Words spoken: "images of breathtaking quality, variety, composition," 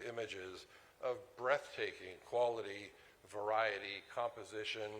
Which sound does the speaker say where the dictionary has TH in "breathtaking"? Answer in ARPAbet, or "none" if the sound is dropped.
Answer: TH